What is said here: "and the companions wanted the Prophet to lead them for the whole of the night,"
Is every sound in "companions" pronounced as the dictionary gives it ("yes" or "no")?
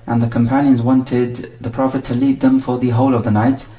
yes